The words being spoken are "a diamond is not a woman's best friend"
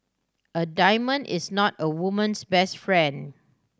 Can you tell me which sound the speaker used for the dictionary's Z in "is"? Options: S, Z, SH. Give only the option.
S